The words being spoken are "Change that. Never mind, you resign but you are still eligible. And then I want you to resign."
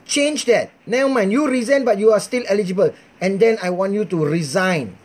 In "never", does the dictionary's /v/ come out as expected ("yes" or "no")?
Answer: no